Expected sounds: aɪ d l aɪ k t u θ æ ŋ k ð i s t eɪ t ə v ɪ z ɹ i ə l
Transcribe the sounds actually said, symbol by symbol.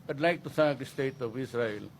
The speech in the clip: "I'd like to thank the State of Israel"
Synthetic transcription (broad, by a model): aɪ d l aɪ k t u s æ k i s t eɪ t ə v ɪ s ɹ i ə l